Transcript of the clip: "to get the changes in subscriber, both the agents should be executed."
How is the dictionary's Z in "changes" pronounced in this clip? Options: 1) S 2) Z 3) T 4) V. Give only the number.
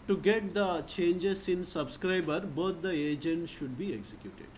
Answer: 1